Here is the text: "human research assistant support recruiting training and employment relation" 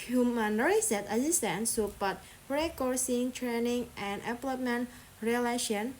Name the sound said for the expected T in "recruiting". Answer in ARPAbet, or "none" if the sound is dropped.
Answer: S